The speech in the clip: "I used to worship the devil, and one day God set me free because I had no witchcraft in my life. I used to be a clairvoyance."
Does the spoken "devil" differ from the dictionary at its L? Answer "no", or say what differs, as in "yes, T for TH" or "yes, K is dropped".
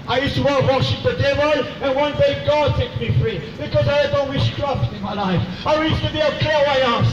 yes, N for L